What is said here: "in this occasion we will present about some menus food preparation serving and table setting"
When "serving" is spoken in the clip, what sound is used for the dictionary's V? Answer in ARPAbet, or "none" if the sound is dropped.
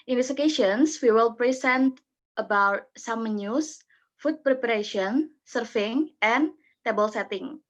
F